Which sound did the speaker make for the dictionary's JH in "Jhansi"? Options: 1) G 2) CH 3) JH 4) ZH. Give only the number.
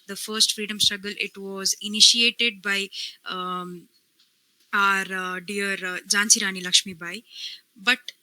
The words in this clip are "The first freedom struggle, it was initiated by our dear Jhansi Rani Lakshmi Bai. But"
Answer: 3